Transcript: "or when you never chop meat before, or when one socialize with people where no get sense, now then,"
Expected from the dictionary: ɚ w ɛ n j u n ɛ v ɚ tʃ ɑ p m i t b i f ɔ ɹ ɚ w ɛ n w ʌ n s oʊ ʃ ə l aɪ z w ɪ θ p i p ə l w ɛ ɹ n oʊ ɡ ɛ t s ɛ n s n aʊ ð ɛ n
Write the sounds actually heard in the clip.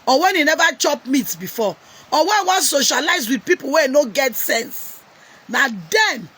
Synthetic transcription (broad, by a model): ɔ w ɛ n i n ɛ v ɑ tʃ ɑ p m i t b i f ɔ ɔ w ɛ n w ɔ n s oʊ ʃ ə l aɪ z w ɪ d p i p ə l w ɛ n oʊ ɡ ɛ t s ɛ n s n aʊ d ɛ n